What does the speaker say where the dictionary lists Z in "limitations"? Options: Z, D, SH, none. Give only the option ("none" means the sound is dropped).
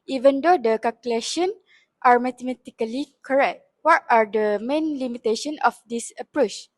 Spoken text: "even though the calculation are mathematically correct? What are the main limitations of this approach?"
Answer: none